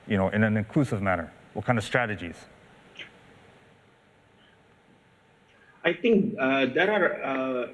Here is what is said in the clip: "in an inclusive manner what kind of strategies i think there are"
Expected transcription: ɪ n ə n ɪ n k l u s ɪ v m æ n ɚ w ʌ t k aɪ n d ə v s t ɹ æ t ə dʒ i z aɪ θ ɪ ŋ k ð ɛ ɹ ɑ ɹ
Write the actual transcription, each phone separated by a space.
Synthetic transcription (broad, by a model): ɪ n ə n ɪ n k l u s ɪ v m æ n ɚ w ʌ t k aɪ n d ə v s t ɹ æ t ə dʒ i z aɪ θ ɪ ŋ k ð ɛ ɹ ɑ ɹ